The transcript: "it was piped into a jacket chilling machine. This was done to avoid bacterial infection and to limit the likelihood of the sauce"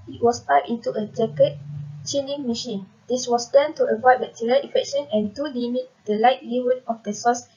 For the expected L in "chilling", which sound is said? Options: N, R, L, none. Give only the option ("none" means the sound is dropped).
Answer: N